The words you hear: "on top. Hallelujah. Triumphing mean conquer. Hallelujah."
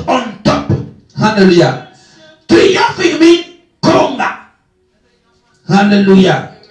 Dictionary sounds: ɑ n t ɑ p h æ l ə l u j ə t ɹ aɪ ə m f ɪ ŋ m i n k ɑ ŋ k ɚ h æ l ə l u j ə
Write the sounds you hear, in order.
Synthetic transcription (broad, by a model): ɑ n t ɑ p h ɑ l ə l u j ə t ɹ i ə f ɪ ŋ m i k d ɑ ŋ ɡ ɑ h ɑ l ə l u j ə